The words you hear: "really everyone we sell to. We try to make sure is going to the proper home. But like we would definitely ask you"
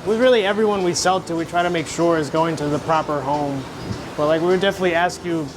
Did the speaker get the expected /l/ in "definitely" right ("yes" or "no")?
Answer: yes